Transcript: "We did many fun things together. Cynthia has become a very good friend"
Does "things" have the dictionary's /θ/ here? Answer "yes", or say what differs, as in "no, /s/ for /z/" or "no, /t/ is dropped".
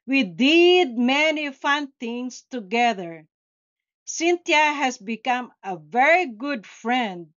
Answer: no, /t/ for /θ/